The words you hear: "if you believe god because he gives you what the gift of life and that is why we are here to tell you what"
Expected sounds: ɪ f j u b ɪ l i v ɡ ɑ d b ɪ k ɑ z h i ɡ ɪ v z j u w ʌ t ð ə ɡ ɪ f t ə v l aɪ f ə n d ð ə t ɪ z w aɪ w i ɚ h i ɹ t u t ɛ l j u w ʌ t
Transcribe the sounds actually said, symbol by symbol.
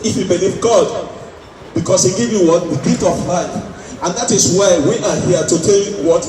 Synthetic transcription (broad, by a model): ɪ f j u b ɪ l i v ɡ ɑ d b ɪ k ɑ s h i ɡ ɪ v j u w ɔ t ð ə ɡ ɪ t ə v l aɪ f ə n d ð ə t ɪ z w aɪ w i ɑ h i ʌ t u t ɛ l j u w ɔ t